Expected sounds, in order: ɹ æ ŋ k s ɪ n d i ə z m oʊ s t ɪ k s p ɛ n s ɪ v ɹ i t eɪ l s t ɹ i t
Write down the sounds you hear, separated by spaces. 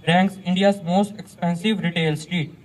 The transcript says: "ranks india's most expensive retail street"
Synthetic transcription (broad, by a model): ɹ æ ŋ k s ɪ n d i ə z m oʊ s t ɪ k s p ɛ n s ɪ v ɹ i t eɪ l s t ɹ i t